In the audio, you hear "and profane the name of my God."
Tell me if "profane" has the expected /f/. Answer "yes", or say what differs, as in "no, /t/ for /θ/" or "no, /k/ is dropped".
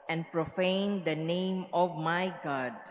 yes